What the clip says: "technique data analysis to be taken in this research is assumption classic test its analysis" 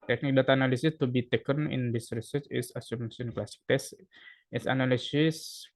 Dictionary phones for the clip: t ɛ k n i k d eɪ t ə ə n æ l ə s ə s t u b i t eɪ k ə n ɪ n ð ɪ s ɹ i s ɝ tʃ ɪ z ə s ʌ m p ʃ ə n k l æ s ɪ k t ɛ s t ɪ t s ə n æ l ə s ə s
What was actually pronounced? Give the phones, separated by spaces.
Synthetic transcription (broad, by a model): t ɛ k n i k d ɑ t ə n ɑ l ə s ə s t u b i t eɪ k ə n ɪ n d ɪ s ɹ i s ɝ tʃ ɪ s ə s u m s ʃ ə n k l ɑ s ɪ k t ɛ s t ɪ t s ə n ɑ l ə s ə s